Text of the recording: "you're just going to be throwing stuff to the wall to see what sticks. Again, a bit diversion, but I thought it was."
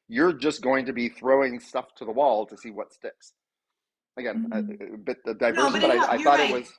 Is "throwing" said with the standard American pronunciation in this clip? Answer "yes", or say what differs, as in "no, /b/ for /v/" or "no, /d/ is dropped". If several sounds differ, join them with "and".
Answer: yes